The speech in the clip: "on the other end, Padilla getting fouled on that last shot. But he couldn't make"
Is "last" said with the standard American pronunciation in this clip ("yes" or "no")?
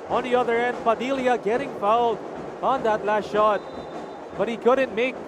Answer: yes